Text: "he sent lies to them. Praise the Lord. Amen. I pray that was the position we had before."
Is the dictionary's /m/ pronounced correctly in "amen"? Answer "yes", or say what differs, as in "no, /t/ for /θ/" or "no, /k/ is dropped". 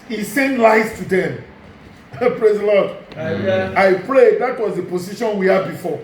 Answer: no, /m/ is dropped